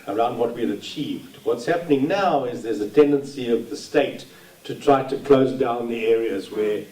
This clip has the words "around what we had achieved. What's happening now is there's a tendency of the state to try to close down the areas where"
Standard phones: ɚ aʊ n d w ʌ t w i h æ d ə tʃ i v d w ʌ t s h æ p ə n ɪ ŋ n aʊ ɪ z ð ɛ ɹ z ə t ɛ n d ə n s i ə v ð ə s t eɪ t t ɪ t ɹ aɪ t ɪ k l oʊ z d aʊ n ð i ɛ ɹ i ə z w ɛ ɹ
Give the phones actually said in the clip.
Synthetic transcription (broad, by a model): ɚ aʊ n d w ʌ t w i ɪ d ə tʃ i v d w ʌ t s h æ p ə n ɪ ŋ n aʊ ɪ z ð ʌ ɹ z ə t ɛ n d ə n s i ə v ð ə s t eɪ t t ɪ t ɹ aɪ t ɪ k l oʊ z d aʊ n ð i ɛ ɹ i ə z w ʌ ɹ